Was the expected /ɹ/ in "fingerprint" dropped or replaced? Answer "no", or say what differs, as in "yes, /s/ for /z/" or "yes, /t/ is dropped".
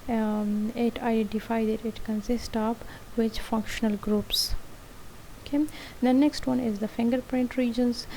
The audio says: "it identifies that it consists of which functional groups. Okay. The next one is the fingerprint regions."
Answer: no